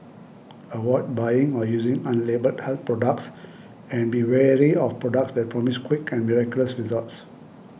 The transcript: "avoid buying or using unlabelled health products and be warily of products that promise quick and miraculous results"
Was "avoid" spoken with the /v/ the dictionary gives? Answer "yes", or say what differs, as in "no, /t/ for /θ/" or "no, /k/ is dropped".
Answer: no, /w/ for /v/